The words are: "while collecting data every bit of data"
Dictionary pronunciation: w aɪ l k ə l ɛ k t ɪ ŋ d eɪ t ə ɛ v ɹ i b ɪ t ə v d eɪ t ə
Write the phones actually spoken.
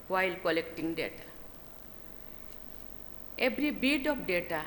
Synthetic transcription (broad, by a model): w aɪ l k ə l ɛ k t ɪ ŋ d eɪ t ə ɛ b ɹ i b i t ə p d eɪ t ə